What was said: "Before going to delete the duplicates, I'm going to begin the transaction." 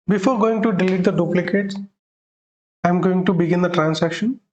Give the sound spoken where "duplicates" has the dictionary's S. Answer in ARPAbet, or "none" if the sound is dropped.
none